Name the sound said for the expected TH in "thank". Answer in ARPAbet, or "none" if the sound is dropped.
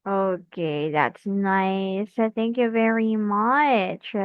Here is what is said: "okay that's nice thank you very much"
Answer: TH